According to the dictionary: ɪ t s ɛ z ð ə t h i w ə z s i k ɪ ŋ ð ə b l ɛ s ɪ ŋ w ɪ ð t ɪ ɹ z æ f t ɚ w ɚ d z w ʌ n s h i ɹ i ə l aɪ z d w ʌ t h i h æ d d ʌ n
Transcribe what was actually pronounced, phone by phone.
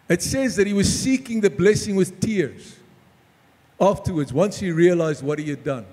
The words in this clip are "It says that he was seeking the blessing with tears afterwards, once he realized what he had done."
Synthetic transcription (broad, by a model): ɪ t s ɛ z ð ə t h i w ə z s i k ɪ ŋ ð ə b l ɛ s ɪ ŋ w ɪ ð t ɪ ɹ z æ f t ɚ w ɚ d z w ʌ n s h i ɹ i ə l aɪ z d w ʌ t h i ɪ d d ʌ n